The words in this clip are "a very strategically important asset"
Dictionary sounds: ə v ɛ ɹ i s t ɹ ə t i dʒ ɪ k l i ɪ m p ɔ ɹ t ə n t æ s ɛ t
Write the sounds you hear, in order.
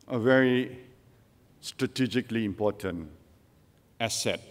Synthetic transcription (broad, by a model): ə v ɛ ɹ i s t ɹ ə t i dʒ ɪ k l i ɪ m p ɔ t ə n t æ s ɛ t